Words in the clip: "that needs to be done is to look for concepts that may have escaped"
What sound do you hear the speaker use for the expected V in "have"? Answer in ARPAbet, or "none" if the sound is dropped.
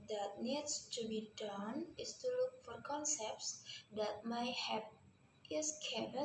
P